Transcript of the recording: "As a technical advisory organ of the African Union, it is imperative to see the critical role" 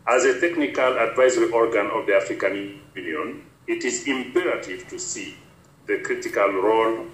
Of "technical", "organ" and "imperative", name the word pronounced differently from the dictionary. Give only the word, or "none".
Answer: none